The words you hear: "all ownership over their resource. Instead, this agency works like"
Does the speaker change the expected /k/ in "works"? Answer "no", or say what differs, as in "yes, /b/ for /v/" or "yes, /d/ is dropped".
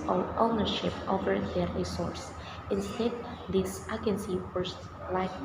yes, /k/ is dropped